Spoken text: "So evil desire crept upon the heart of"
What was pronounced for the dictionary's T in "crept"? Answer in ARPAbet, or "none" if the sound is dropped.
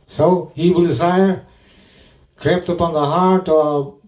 T